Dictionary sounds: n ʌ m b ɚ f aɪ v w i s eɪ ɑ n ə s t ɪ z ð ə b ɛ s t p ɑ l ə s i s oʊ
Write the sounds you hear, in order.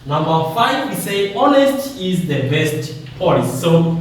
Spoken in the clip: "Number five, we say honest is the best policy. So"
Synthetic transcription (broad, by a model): n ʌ m b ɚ f aɪ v w i s eɪ ɑ n ə s t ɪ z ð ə b ɛ s t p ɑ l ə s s oʊ